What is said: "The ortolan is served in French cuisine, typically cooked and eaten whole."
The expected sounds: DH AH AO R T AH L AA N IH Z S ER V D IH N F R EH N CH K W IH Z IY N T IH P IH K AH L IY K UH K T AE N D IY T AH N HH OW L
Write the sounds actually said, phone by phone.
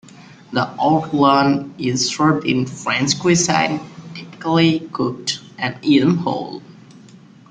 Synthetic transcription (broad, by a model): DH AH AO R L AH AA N IH Z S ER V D IH N F R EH N S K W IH S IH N T IH P IH K AH L IY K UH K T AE N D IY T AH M HH OW L